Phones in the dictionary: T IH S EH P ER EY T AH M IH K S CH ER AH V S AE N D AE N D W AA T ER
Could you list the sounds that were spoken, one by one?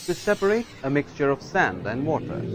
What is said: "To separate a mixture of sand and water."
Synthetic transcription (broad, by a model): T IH S EH P ER EY T AH M IH K S CH ER AH V S AE N D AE N D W AA T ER